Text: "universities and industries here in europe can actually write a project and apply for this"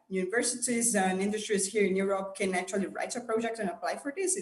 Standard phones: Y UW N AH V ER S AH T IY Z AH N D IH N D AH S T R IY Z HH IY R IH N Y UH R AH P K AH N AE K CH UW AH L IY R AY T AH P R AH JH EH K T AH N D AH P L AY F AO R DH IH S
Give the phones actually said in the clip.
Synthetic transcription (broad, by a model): Y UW N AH V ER S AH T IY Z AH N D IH N D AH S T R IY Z HH IY R IH N Y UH R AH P K AH N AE CH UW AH L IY R AY T AH P R AH JH EH K T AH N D AH P L AY F AO R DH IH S